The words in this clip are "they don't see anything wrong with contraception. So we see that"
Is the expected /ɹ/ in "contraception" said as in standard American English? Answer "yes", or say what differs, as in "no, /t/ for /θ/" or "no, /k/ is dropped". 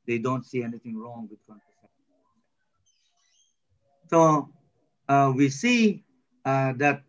no, /ɹ/ is dropped